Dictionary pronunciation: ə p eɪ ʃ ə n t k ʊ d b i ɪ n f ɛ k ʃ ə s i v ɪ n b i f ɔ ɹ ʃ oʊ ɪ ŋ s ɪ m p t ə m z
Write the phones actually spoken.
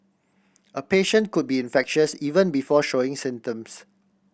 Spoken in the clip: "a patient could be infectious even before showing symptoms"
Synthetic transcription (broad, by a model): ə p eɪ ʃ ə n t k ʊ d b i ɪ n f ɛ k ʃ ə s i v ɪ n b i f ɔ ʃ oʊ ɪ ŋ s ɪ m t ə m s